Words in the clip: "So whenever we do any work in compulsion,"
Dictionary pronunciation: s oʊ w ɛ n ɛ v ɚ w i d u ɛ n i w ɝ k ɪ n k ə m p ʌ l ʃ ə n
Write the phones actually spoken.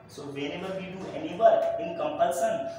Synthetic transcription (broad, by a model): s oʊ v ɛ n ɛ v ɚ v i d u ɛ n i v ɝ ɪ n k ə m p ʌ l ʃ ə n